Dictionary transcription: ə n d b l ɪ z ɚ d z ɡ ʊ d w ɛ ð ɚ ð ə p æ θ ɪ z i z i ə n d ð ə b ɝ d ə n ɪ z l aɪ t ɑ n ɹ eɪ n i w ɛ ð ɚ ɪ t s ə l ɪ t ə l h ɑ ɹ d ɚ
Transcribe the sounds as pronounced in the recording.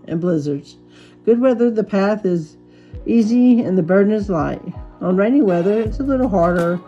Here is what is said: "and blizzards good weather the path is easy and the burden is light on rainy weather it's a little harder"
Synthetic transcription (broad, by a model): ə n b l ɪ z ɚ d z ɡ ʊ d w ɛ ð ɚ ð ə p æ θ ɪ z i z i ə n ð ə b ɝ d n ɪ z l aɪ t n ɹ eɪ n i w ɛ ð ɚ ɪ t s ə l ɪ t l h ɑ ɹ d ɚ